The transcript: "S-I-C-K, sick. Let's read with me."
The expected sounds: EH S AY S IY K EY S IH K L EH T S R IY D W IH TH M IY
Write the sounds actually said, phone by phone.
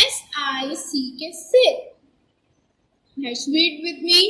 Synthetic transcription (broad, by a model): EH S AY S IY K EY S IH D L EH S W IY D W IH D M IY